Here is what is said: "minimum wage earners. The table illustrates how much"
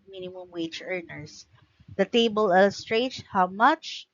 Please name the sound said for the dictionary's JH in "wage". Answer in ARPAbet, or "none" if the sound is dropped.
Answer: CH